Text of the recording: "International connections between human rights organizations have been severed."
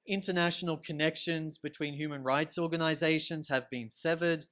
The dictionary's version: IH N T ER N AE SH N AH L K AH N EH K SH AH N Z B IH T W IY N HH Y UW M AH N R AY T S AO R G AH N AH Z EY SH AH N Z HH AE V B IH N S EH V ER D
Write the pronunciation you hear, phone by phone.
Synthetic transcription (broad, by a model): IH N T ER N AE SH N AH L K AH N EH K SH AH N Z B IH T W IY N HH Y UW M AH N R AY T S AO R G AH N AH Z EY SH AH N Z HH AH V B IH N S EH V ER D